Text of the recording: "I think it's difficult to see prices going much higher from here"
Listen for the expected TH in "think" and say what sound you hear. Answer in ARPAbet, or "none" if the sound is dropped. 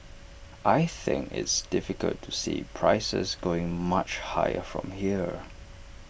TH